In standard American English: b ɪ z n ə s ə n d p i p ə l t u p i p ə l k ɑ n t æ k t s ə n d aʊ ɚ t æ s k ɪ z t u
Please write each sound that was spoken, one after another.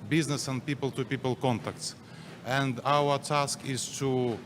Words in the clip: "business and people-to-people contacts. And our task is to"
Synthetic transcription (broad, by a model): b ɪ z n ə s ə n d p i p ə l t u p i p ə l k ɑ n t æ k t s ə n d aʊ ɚ t æ s k ɪ z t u